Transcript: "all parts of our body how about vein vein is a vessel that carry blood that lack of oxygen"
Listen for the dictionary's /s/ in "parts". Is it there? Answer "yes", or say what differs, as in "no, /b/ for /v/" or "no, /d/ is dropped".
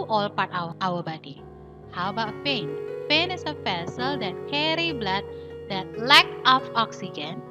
no, /s/ is dropped